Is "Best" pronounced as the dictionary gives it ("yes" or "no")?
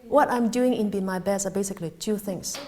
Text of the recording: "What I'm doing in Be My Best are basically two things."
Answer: no